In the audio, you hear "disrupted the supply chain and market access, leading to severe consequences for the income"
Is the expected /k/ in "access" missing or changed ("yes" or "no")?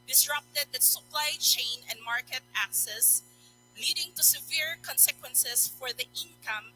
no